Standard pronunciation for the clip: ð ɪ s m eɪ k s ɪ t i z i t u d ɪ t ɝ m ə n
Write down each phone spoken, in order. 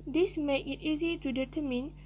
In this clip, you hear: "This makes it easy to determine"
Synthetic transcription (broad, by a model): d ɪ s m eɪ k ɪ t i z i t u d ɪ t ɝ m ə n